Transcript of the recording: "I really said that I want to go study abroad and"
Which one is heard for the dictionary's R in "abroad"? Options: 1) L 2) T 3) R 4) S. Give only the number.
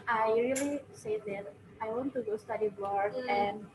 1